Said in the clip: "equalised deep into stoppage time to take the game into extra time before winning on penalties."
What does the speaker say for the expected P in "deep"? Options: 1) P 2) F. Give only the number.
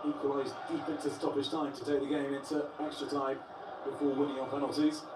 2